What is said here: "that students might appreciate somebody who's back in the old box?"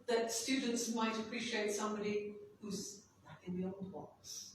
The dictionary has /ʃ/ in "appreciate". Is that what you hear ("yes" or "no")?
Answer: yes